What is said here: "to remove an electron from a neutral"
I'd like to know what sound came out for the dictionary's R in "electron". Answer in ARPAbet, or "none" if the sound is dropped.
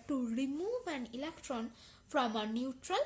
R